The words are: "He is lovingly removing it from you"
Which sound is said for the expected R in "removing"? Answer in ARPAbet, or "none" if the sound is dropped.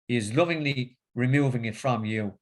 R